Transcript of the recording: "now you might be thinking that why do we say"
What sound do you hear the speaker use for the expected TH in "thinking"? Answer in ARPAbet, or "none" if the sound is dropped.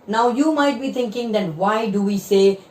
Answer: T